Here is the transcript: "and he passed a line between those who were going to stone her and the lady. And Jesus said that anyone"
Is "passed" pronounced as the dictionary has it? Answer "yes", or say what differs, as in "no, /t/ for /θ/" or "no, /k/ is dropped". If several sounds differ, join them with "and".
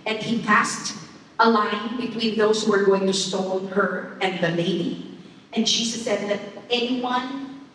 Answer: yes